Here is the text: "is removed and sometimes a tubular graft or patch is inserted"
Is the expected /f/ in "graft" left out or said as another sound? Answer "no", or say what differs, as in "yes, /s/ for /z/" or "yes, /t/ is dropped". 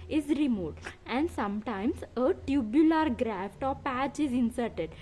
no